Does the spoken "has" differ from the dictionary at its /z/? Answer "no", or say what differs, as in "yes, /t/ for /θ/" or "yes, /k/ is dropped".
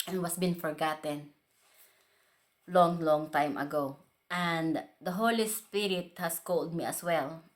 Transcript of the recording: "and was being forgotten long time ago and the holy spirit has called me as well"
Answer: yes, /s/ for /z/